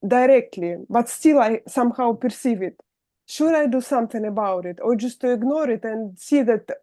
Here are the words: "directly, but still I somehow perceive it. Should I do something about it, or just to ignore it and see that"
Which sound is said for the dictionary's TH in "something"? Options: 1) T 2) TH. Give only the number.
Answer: 1